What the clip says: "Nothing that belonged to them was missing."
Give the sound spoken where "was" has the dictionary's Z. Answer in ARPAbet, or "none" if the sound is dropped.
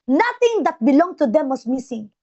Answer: S